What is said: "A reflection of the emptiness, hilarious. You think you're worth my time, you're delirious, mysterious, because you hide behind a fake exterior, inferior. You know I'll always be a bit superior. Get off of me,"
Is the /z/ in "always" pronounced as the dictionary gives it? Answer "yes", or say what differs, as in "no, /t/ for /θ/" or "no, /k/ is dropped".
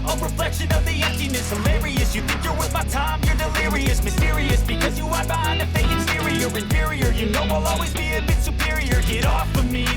yes